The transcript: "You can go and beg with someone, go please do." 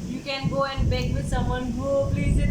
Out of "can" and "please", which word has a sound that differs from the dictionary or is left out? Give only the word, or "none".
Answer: please